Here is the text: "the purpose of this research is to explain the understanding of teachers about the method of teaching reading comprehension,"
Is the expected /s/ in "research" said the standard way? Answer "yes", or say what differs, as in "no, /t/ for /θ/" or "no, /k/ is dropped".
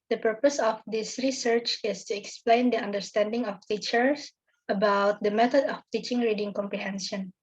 yes